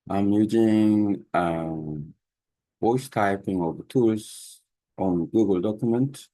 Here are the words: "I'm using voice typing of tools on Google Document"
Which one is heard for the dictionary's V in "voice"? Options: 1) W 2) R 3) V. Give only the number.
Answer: 1